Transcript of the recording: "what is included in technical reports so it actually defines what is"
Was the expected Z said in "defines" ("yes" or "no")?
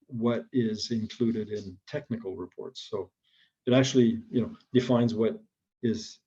yes